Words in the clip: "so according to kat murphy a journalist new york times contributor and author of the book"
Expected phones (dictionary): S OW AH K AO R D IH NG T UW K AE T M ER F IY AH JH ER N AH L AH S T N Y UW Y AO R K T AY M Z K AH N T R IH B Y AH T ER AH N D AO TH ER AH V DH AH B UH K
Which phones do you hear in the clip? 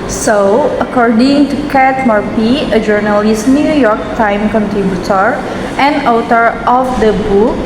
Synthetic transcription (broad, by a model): S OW AH K AO R D IH NG T UW K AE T M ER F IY AH JH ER N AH L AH S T N Y UW Y AO R K T AY M K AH N T R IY B Y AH T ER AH N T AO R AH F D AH B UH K